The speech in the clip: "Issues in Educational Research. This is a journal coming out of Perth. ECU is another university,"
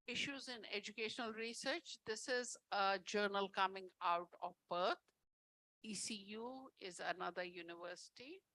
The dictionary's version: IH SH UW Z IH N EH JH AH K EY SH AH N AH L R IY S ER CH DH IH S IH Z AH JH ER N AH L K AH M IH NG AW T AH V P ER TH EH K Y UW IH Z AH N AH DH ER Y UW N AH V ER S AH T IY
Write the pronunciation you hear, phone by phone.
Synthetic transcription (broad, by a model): IH SH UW Z IH N EH JH AH K EY SH AH N AH L R IY S ER CH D IH S IH Z AH JH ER N AH L K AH M IH NG AW T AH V B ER T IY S Y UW IH Z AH N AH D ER Y UW N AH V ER S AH T IY